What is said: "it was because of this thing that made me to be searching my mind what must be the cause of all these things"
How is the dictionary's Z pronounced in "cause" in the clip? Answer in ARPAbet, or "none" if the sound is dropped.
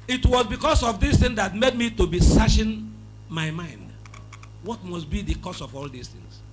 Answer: S